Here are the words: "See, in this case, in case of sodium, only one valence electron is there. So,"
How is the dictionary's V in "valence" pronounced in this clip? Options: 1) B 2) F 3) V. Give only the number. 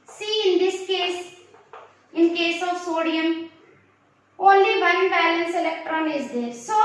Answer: 1